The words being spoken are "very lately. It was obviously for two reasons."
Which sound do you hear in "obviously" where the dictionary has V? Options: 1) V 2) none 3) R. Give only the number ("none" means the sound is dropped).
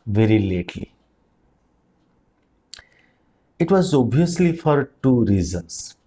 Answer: 2